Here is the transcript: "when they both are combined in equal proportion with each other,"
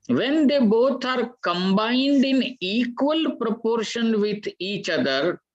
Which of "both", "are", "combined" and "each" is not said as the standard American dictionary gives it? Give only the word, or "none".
both